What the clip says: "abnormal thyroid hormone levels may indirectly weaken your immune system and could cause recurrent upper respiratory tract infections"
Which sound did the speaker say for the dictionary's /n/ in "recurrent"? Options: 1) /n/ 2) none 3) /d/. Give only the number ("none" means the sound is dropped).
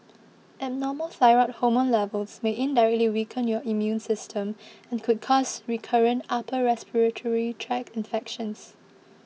1